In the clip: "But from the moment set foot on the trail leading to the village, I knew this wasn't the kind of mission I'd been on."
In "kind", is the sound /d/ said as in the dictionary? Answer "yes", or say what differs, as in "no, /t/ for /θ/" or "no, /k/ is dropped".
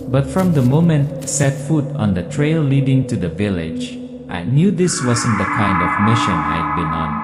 yes